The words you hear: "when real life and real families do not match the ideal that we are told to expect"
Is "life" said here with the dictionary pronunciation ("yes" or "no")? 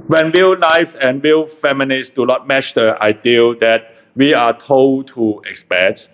no